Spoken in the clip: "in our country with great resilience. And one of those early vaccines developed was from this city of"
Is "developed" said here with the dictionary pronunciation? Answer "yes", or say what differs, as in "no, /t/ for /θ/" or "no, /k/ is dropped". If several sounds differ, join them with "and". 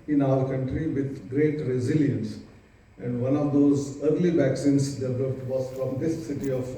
no, /p/ is dropped